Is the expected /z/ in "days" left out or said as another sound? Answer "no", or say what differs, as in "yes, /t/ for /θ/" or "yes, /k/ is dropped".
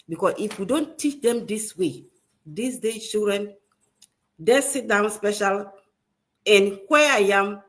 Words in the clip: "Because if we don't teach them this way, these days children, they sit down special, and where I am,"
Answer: yes, /z/ is dropped